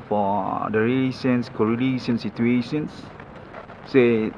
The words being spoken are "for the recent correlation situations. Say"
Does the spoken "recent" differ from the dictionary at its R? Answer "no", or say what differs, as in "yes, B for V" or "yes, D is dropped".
yes, L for R